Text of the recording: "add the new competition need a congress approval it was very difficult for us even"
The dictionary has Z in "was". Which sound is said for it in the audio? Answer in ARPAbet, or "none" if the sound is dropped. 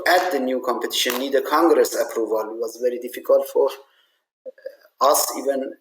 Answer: Z